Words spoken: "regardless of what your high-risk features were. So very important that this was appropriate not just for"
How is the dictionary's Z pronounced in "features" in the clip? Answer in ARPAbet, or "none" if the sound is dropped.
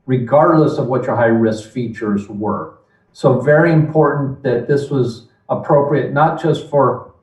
Z